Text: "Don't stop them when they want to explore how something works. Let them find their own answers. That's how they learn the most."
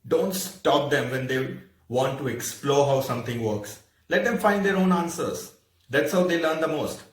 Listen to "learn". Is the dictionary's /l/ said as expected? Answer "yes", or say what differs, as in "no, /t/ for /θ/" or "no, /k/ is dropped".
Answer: yes